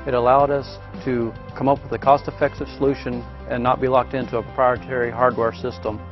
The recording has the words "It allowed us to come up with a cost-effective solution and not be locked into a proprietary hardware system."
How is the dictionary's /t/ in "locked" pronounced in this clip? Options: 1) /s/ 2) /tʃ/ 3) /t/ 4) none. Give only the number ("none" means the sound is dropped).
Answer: 3